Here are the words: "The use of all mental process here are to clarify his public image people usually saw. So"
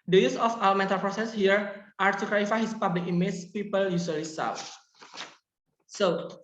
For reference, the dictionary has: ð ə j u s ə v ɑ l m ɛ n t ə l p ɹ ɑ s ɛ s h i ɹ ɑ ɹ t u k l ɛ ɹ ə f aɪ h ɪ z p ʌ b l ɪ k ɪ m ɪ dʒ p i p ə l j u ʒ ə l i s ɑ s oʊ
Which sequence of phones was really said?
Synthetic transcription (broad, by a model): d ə j u s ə f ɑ w m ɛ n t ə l p ɹ ɑ s ɛ s h i ɹ ɑ ɹ t u k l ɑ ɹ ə f aɪ h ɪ s p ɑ b l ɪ k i m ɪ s p i p ə l j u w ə l i s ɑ s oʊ